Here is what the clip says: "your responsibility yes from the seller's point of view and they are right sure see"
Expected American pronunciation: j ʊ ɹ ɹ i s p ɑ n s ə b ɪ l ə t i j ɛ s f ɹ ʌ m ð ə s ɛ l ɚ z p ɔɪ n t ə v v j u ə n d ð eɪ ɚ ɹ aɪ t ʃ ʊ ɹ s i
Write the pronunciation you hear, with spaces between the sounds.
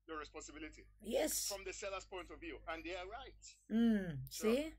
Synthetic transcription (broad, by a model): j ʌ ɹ ɹ i s p ɑ n s ə b ɪ l ə t i j ɛ s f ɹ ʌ m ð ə s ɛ l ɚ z p ɔɪ n t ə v v j u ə n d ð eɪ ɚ ɹ aɪ t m s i